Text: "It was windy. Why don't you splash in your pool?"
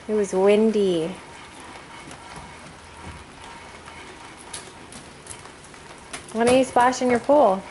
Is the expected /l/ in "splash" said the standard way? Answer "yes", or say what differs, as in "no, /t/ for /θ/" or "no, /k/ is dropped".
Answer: no, /l/ is dropped